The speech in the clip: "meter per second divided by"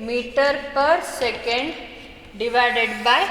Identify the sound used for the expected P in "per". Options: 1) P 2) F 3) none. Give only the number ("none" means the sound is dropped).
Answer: 1